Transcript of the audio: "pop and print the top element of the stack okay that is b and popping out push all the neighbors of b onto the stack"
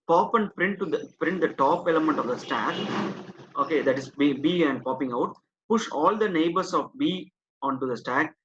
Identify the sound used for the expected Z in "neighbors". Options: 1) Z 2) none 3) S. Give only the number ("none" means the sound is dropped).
3